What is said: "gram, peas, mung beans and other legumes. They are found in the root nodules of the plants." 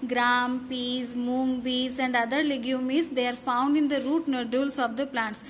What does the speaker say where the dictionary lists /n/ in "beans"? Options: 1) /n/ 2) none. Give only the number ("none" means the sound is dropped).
2